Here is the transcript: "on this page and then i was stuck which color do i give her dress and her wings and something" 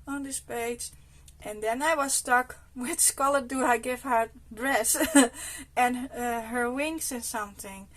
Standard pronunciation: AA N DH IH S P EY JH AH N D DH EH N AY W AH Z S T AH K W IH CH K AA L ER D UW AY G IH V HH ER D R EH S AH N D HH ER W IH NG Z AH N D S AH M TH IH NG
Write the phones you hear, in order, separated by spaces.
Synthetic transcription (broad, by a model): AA N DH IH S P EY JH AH N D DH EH N AY W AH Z S T AH K W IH S K AA L ER D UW AY G IH V HH ER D R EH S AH N HH ER W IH NG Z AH N S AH M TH IH NG